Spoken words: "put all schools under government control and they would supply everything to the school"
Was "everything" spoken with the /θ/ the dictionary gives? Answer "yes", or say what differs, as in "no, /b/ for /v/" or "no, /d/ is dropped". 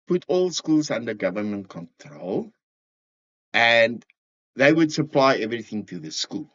yes